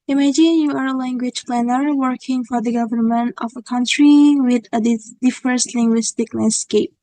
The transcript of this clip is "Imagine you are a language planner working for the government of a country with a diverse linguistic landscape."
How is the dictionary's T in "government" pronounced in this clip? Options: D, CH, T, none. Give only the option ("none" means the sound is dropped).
T